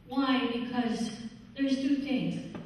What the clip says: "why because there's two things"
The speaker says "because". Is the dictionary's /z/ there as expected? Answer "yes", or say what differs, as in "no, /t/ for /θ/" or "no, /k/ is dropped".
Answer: yes